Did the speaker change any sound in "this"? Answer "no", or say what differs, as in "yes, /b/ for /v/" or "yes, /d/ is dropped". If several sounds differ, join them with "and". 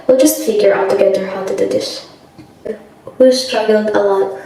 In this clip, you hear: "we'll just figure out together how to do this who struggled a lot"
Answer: yes, /ʃ/ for /s/